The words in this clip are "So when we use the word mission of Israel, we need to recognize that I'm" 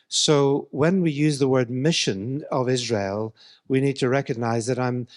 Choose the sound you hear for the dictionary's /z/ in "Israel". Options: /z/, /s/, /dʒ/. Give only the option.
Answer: /z/